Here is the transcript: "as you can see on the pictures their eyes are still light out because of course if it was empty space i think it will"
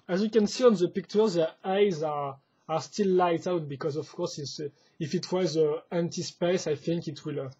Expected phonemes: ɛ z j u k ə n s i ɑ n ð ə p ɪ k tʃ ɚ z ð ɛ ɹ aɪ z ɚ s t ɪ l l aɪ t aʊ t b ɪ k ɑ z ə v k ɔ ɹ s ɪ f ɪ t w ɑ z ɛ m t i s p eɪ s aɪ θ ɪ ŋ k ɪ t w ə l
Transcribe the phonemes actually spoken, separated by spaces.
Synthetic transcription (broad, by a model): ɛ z j u k ə n s i ɑ n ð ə p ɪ k tʃ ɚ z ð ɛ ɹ aɪ z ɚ s t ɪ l l aɪ t aʊ t b ɪ k ɑ z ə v k ɔ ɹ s ɪ f ɪ t w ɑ z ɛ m t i s p eɪ s aɪ θ ɪ ŋ k ɪ t w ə l